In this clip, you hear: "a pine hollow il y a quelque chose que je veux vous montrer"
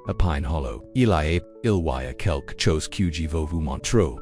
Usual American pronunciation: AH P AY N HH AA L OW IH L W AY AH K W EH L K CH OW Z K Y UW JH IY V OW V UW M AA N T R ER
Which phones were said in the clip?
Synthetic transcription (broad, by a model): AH P AY N HH AA L OW IH L W AY AH K EH L K CH OW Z K Y UW JH IY V OW V UW M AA N T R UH